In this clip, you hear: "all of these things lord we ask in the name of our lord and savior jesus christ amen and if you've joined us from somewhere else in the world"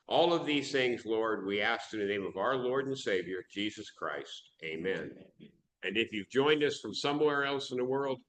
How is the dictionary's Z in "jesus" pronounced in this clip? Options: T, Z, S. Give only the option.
Z